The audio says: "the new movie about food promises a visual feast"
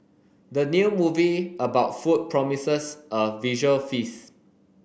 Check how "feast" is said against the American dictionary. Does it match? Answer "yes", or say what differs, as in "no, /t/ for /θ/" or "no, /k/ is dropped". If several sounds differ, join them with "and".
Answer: no, /t/ is dropped